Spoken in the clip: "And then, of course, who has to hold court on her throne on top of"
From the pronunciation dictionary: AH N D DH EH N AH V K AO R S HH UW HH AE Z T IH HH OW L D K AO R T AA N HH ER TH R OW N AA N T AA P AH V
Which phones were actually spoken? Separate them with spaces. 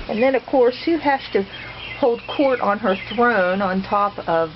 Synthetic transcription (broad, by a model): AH N DH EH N AH V K AO R S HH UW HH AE S T IH HH OW L D K AO R T N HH ER TH R OW N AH N T AA P AH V